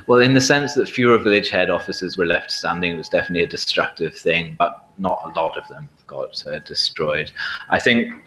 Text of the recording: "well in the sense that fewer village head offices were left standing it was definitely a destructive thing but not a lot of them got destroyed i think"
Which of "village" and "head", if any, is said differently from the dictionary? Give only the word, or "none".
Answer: none